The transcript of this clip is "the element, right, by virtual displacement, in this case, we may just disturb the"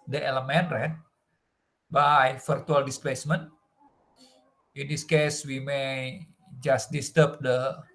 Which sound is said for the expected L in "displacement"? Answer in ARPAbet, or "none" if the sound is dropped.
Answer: L